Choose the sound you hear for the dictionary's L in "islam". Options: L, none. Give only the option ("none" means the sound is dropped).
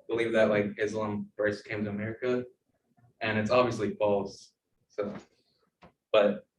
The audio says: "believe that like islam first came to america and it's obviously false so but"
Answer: L